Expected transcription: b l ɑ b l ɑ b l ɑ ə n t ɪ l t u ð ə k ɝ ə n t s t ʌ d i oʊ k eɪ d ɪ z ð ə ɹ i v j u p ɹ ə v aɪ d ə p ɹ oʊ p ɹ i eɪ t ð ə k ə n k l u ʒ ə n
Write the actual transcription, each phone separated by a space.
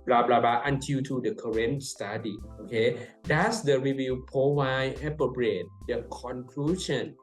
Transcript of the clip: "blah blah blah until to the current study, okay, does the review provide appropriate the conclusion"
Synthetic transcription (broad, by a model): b l ɑ b l ɑ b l ɑ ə n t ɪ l t u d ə k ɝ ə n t s t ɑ d i oʊ k eɪ d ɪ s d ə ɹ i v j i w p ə w aɪ ə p oʊ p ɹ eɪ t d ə k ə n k l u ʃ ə n